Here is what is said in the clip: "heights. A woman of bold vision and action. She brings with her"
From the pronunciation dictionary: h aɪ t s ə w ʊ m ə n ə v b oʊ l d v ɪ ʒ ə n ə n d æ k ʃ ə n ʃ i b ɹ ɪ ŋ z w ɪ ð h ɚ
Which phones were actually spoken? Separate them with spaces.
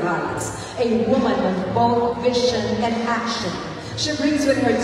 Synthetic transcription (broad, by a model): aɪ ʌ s ə w ʊ m ə n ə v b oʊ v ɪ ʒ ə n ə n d æ k ʃ ə n ʃ i b ɹ ɪ ŋ z w ɪ ð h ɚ